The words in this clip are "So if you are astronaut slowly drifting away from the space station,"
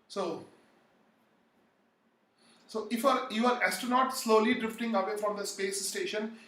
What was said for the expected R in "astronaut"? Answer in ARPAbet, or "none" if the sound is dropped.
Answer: none